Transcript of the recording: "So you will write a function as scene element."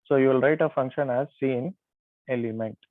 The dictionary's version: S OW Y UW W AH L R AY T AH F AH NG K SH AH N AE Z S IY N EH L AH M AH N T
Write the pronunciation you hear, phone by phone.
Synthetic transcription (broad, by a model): S OW Y UW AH L R AY T AH F AH NG K SH AH N AE Z S IY N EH L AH M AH N T